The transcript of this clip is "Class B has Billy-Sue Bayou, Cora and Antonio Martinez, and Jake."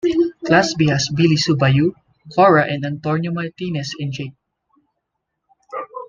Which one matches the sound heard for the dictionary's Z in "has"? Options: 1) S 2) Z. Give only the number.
1